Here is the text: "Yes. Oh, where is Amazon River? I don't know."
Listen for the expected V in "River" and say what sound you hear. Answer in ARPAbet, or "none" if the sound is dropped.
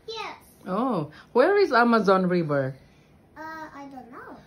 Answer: B